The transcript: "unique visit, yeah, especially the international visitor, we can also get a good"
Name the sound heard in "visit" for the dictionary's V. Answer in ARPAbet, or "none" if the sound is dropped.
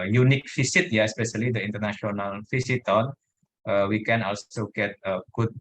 F